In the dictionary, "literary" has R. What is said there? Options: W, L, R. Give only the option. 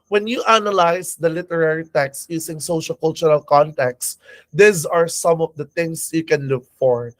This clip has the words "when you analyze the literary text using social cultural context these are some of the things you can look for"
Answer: R